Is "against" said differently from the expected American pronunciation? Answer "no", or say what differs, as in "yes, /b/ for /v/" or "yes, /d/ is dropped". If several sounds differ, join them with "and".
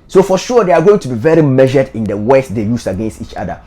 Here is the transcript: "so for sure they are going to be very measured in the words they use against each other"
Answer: no